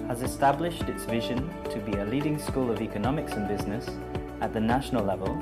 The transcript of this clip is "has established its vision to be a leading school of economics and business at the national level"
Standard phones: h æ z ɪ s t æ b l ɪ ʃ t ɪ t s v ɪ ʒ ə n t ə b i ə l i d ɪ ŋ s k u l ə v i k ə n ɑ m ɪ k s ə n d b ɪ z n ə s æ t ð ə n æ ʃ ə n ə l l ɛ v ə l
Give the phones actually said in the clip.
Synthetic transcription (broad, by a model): h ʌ z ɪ s t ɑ b l ɪ ʃ t ɪ t s v ɪ ʒ ə n t ə b i ə l i d ɪ ŋ s k u l ə v i k ə n ɑ m ɪ k s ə n b ɪ z n ə s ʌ t ð ə n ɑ ʃ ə n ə l l ɛ v ə l